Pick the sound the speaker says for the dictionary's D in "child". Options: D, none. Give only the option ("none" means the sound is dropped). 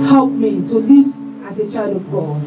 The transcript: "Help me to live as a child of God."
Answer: none